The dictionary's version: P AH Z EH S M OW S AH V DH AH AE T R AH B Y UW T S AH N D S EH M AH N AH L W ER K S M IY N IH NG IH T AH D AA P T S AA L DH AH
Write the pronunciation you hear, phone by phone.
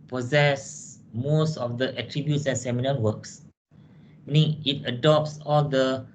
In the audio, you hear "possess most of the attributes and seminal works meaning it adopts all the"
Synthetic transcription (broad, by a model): P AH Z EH S M OW S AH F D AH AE T R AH B Y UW T S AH N S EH M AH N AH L W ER K S M IY N IH NG IH T AH D AA P T S AA L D AH